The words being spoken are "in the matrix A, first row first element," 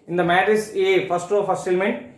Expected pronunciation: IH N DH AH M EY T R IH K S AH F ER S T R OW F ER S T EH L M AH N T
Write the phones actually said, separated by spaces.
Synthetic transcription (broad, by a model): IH N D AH M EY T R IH S AH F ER S T R OW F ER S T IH L M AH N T